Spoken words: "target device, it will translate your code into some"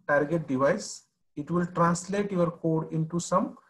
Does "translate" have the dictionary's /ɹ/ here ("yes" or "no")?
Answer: yes